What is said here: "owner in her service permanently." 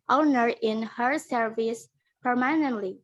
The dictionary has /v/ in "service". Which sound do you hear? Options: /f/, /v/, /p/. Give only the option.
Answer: /v/